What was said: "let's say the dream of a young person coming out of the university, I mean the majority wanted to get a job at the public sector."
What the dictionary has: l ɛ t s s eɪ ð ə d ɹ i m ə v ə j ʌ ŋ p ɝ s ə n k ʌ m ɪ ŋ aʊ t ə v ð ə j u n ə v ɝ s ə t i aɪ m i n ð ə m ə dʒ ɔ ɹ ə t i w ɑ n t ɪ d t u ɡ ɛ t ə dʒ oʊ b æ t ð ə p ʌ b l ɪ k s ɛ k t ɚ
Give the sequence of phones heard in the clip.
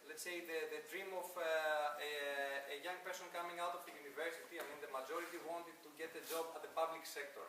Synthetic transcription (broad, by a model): l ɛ t s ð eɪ ð ə d ɹ i m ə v ə j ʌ ŋ p ɝ s ə n k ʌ m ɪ ŋ aʊ t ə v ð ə j u n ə v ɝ s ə t i aɪ m i n ð ə m ə dʒ ɔ ɹ ə t i w ɑ n t ɪ d t u ɡ ɛ t ə dʒ oʊ b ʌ t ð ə p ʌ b l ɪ k s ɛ k t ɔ